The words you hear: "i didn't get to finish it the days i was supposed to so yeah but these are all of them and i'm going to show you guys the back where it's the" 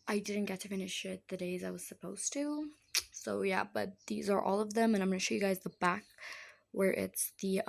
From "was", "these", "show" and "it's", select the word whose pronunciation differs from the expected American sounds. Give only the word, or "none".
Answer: none